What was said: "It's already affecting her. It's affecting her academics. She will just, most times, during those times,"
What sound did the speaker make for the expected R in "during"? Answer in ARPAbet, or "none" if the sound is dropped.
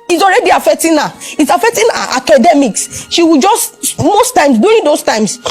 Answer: none